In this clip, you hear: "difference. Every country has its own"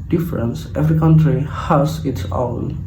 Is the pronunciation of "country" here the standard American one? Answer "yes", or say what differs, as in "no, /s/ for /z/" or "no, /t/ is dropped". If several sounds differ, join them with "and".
yes